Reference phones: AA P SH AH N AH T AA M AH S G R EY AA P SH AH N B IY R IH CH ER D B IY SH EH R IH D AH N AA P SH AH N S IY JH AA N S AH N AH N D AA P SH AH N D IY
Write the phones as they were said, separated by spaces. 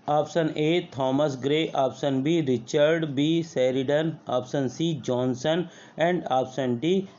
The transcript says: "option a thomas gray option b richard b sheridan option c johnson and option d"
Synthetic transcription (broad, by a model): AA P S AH N AH T AA M AH S G R EY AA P S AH N B IY R IH CH ER D B IY S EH R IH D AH N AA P S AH N S IY JH AA N S AH N AH N D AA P S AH N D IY